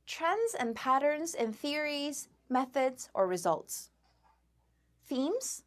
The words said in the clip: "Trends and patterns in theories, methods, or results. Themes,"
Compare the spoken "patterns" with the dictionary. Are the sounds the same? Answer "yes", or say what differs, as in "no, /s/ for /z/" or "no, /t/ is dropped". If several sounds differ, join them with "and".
yes